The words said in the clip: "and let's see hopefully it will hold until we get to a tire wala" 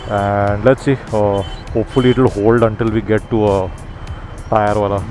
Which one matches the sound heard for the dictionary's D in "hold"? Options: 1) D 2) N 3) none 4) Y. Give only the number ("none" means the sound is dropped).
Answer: 1